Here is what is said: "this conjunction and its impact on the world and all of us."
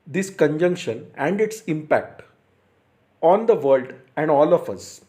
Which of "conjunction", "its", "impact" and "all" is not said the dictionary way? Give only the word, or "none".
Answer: none